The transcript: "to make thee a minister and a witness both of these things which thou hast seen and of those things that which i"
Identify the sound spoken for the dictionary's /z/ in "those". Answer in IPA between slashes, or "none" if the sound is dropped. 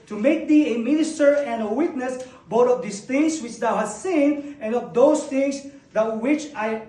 /s/